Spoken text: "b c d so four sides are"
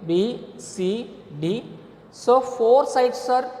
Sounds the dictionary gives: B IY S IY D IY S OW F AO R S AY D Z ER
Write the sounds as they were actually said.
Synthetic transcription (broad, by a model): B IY S IY D IY S OW F AO R S AY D S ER